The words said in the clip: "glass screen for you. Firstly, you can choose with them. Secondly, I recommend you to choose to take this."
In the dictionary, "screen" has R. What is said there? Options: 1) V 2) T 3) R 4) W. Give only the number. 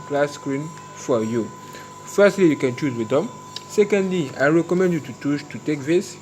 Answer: 3